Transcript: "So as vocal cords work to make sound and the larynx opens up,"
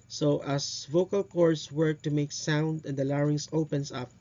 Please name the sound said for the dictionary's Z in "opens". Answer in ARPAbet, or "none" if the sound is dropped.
S